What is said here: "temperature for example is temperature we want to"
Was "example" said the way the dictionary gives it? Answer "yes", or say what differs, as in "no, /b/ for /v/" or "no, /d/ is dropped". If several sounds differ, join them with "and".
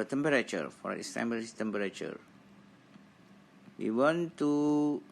no, /b/ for /p/